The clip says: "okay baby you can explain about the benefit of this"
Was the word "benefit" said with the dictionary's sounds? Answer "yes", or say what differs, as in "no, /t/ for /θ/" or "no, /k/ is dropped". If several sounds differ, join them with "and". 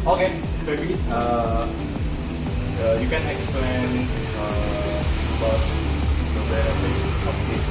no, /f/ is dropped